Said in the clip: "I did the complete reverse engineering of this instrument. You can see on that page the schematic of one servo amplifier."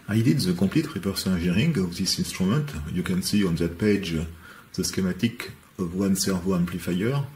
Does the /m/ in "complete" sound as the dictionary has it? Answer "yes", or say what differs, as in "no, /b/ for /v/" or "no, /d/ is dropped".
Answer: no, /m/ is dropped